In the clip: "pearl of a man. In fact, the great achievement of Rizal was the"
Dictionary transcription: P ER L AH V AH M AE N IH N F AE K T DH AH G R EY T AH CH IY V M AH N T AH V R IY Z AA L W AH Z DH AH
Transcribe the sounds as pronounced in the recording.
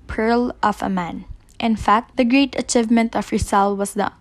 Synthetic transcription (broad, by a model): P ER L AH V AH M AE N IH N F AE K T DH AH G R EY T AH CH IY V M AH N T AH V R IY S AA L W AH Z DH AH